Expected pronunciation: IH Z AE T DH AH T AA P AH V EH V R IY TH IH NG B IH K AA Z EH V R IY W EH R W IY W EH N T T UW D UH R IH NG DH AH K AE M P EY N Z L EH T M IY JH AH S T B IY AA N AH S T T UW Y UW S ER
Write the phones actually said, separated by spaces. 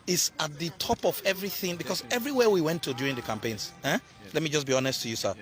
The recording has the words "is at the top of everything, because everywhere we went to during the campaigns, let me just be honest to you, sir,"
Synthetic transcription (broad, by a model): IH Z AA T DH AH T AA P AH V EH V R IY TH IH NG B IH K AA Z EH V R IY W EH W IY W EH N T T UW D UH R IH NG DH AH K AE M P EY N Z L EH T M IY JH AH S B IY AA N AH S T T UW Y UW S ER